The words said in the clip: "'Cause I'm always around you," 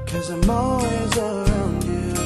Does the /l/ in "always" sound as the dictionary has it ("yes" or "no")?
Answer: no